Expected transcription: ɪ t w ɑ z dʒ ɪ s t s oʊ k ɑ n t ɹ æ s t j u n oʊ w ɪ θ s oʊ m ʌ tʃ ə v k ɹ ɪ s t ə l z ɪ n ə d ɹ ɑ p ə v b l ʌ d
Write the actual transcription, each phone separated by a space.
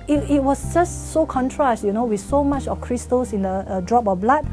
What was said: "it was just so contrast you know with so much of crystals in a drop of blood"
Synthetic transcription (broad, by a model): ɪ t w ɑ s dʒ ɪ s t s oʊ k ɑ n t ɹ æ s t j u n oʊ w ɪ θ s oʊ m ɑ tʃ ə f k ɹ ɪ s t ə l s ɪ n ə d ɹ ɑ p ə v b l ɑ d